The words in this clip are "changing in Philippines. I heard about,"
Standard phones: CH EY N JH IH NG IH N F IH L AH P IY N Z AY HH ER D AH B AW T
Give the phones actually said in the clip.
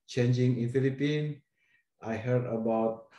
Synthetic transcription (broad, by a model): CH EY N JH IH NG IH N F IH L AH P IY N AY HH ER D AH B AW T